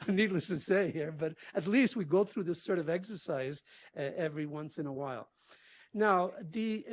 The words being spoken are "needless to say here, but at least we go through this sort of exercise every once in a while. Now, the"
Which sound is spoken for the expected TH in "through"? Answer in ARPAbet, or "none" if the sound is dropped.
TH